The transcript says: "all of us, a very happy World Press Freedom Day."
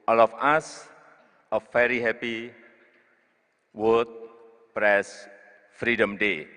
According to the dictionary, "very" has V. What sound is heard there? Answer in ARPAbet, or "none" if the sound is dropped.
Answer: F